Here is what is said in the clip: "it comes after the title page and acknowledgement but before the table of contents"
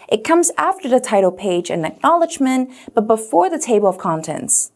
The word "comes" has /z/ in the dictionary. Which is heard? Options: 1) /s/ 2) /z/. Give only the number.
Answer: 2